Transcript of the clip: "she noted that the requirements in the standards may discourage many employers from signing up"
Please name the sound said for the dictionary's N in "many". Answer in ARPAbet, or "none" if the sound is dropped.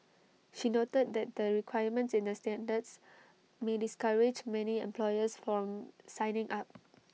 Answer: N